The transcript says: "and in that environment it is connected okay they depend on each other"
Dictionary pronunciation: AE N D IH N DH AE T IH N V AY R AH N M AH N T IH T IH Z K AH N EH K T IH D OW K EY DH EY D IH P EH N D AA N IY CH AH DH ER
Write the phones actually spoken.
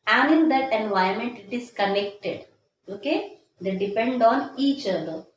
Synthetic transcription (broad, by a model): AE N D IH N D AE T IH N V AY AH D M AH N T IH T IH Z K AH N EH K T IH D OW K EY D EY D IH P EH N D AA N IY CH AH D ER